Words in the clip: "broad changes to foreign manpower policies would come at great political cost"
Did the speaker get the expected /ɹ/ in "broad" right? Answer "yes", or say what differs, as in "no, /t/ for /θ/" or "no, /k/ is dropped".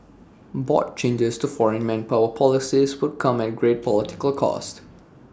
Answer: no, /ɹ/ is dropped